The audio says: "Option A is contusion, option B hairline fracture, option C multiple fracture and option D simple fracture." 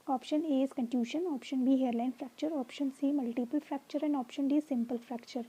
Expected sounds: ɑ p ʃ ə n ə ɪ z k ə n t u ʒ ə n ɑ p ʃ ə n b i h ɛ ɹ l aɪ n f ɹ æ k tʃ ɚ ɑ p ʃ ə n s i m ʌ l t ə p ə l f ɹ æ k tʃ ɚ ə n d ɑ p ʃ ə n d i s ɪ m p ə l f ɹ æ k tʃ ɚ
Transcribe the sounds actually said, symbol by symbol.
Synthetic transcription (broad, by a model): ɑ p ʃ ə n ə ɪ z k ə n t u ʃ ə n ɑ p ʃ ə n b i h ɛ ɹ l aɪ n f ɹ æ k tʃ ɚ ɑ p ʃ ə n s i m ʌ l t ə p ə l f ɹ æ k tʃ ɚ ə n d ɑ p ʃ ə n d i s ɪ m p ə l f ɹ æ k tʃ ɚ